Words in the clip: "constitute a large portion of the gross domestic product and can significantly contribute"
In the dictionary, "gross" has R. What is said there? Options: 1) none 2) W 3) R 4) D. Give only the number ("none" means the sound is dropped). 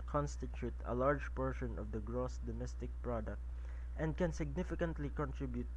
3